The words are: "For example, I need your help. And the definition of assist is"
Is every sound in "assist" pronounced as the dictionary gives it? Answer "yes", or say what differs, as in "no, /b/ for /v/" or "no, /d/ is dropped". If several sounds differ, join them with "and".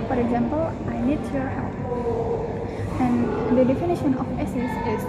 no, /t/ is dropped